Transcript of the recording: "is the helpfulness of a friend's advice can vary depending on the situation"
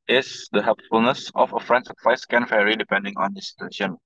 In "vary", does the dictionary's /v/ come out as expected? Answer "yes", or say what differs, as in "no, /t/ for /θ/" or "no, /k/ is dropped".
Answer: no, /f/ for /v/